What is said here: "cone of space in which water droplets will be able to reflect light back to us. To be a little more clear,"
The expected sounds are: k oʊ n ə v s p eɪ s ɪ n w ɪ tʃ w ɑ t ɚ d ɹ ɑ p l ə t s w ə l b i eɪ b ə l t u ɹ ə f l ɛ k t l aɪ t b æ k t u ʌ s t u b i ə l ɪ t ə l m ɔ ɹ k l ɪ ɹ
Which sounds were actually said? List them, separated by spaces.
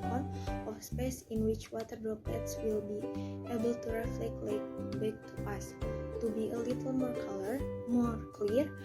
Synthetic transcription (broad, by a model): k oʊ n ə f s p eɪ s ɪ n w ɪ tʃ w ɑ t ɚ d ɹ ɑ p ə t s w ə l b i eɪ b ə l t u ɹ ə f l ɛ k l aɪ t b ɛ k t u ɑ s t u b i ə l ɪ t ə l m ɔ ɹ k l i ɹ